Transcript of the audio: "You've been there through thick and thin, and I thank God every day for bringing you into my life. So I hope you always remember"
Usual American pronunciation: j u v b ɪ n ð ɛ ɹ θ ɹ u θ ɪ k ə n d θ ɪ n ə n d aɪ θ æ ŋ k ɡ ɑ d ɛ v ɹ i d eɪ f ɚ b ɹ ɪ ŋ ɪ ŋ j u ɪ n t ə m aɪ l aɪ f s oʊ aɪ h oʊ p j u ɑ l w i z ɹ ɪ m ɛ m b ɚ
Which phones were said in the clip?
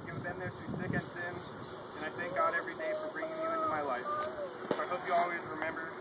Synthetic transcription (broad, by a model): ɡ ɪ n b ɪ n ð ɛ ɹ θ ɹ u s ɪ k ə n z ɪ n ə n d aɪ θ æ ŋ k ɡ ɑ d ɛ v ɹ i d eɪ f ɚ b ɹ ɪ ŋ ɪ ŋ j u ɪ n t ə m aɪ l aɪ f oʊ aɪ h oʊ p j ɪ ɑ l w i z ɹ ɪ m ɛ m b ɚ